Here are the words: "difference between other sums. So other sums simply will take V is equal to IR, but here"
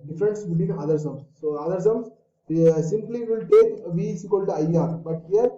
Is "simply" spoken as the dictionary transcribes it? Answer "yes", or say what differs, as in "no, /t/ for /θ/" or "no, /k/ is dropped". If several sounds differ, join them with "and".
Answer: yes